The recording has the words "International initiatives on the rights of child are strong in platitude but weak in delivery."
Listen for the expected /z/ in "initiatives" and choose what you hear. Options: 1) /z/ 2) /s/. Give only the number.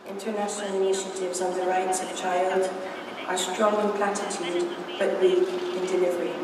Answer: 1